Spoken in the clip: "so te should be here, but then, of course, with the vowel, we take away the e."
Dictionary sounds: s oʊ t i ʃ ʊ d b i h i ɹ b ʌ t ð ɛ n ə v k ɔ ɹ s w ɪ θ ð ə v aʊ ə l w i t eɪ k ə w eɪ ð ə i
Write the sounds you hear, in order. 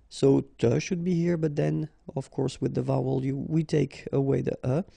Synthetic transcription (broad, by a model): s oʊ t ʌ ʃ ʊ d b i h i ɹ b ʌ t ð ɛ n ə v k ɔ ɹ s w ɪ ð ə v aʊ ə l w i t eɪ k ə w eɪ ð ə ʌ